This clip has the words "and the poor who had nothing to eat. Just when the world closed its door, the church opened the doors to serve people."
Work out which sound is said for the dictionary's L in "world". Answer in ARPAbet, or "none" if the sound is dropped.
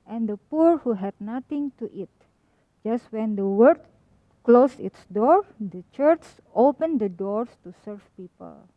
none